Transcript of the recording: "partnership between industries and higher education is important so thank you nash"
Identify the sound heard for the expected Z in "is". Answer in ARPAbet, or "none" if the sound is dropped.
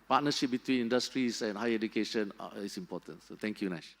S